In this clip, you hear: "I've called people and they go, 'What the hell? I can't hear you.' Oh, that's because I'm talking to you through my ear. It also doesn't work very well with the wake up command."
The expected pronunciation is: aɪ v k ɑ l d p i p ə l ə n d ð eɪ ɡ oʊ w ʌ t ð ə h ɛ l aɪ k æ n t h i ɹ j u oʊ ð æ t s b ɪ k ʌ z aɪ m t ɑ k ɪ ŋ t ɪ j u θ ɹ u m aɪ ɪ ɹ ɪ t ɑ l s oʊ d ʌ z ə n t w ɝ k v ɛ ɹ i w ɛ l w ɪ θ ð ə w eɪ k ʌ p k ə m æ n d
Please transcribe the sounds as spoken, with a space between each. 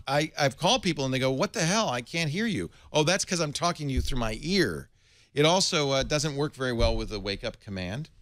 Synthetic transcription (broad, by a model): aɪ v k ɑ l d p i p l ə n ð eɪ ɡ oʊ w ʌ t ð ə h ɛ l aɪ k æ n t h i ɹ j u oʊ ð æ t s k ʌ z aɪ m t ɑ k ɪ ŋ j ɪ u θ ɹ u m aɪ ɪ ɹ ɪ t ɑ l s oʊ d ʌ z ə n t w ɝ k v ɛ ɹ i w ɛ l w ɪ ð ə w eɪ k ʌ p k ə m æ n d